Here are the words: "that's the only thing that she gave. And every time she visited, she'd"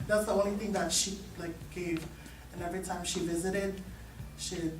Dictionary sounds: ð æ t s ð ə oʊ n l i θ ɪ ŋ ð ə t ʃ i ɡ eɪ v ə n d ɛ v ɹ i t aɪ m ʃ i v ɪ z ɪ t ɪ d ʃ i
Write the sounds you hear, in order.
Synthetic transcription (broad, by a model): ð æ t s ð ə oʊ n l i θ ɪ ŋ ð ə t ʃ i ɡ eɪ v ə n ɛ v ɹ i t aɪ m ʃ i v ɪ z ɪ t ɪ d ʃ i